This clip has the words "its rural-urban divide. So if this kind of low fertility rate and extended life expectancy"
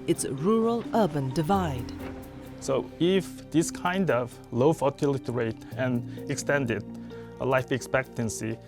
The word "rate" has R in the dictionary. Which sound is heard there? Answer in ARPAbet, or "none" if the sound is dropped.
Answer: R